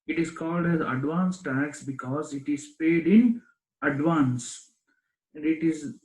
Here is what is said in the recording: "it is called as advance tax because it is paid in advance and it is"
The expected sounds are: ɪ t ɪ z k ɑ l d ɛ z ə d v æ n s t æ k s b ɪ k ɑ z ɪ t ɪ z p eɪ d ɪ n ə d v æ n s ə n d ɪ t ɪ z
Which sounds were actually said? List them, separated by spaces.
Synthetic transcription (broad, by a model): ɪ t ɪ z k ɑ l d ɛ z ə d v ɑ n s t æ k s b ɪ k ɑ z ɪ t ɪ z p eɪ d ɪ n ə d v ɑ n s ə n d ɪ t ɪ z